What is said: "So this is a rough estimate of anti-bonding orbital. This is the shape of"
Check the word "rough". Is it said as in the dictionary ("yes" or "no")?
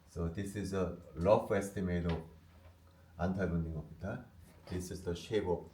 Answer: no